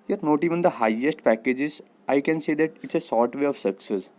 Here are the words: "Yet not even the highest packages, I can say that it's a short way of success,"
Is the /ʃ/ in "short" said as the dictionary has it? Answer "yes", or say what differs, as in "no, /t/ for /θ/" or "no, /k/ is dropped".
no, /s/ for /ʃ/